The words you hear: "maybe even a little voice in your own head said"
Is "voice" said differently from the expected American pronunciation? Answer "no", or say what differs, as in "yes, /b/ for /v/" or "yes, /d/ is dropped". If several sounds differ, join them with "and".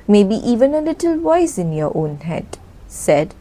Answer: yes, /w/ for /v/